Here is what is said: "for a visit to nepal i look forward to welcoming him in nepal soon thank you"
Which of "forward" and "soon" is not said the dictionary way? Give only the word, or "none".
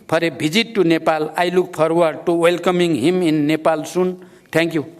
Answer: forward